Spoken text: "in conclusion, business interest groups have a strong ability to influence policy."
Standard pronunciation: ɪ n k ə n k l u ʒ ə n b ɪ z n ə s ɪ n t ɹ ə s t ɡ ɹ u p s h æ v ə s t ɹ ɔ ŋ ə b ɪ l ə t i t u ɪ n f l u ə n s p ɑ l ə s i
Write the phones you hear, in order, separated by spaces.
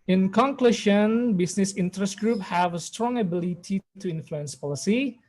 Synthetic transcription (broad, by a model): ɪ n k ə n k l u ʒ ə n b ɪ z n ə s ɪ n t ɹ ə s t ɡ ɹ u p h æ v ə s t ɹ ɔ ŋ ə b ɪ l ə t i t u ɪ n f l u ə n s p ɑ l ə s i